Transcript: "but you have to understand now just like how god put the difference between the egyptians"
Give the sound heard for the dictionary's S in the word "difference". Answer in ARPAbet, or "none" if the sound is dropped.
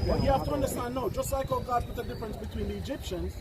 S